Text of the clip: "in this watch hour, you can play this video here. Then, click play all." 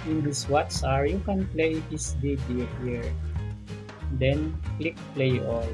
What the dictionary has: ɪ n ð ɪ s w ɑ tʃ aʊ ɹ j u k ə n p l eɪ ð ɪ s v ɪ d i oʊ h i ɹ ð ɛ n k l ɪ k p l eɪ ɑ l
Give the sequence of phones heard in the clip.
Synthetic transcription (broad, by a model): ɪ n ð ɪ s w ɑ s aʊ ɹ j u k ə n p l eɪ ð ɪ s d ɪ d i h i ɹ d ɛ n k l ɪ k p l eɪ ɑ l